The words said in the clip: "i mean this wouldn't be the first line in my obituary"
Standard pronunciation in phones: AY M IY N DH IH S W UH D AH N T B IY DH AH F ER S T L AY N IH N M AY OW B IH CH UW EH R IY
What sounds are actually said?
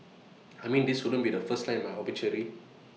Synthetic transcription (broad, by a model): AY M IY N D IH S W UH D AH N B IY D AH F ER S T L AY IH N M AY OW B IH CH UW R IY